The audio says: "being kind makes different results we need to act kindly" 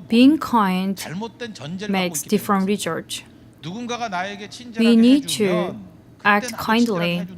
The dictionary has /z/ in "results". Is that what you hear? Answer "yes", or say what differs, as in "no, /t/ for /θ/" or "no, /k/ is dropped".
no, /s/ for /z/